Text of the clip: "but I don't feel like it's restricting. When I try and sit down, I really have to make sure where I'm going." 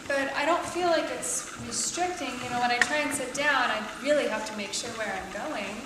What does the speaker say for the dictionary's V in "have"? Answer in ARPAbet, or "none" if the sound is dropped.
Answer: F